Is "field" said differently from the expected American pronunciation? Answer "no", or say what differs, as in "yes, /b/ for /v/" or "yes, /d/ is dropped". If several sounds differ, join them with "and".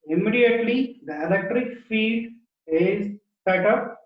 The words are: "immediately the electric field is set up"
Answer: yes, /l/ is dropped